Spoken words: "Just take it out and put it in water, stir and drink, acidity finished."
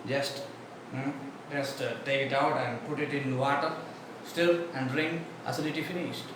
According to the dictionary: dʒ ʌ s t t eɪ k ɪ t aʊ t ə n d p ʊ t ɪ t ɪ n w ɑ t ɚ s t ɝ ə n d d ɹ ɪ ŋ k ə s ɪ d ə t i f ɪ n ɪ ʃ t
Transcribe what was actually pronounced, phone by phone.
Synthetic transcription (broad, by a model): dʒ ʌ s t t eɪ k ɪ t aʊ t ə n d p ʊ t ɪ t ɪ n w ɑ t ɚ s t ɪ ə n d d ɹ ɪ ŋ ə s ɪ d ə t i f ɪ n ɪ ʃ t